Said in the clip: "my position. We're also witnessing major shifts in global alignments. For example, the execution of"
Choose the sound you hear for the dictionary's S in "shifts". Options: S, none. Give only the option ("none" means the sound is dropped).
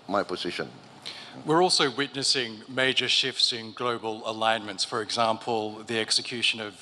S